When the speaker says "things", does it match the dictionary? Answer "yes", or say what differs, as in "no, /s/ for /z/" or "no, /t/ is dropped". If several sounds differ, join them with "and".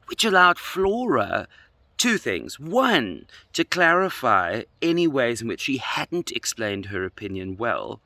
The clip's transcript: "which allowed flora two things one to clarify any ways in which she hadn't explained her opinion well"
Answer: yes